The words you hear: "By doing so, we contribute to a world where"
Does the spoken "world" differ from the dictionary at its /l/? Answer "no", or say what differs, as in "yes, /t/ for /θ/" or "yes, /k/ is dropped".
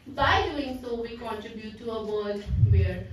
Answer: yes, /l/ is dropped